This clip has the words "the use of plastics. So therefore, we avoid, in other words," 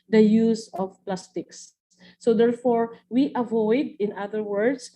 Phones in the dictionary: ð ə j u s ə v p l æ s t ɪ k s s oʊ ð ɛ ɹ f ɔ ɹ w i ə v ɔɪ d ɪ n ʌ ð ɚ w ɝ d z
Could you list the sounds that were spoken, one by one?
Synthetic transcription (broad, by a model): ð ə j u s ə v p l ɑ s t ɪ k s s oʊ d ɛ ɹ f ɔ ɹ w i ə v ɔɪ d ɪ n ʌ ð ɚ w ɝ d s